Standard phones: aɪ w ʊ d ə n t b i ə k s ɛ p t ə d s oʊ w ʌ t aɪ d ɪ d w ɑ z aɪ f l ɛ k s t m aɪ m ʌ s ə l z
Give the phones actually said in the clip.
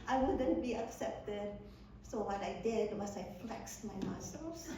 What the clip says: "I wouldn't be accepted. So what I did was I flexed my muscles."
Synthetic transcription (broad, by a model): aɪ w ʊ d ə n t b i ə k s ɛ p t ə d s oʊ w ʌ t aɪ d ɪ d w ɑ s aɪ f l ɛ k s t m aɪ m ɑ s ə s